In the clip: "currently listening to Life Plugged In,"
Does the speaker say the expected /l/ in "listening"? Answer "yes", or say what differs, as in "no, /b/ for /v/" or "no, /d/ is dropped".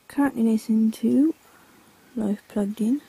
no, /n/ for /l/